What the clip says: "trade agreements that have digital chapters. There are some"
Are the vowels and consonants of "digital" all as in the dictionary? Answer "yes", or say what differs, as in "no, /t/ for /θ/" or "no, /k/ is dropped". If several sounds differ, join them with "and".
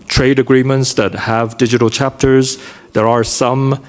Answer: yes